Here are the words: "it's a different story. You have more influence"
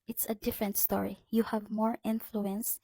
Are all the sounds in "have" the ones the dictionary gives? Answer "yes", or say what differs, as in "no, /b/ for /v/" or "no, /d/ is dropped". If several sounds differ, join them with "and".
yes